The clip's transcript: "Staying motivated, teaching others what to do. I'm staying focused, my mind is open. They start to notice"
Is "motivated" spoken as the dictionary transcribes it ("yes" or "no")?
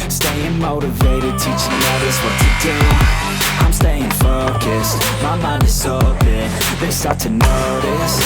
yes